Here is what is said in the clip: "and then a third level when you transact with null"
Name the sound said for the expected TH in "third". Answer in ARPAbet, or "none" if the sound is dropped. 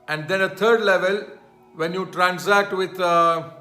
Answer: T